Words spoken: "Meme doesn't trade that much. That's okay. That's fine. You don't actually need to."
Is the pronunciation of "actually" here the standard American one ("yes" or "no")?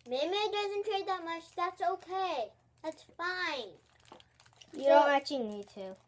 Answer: no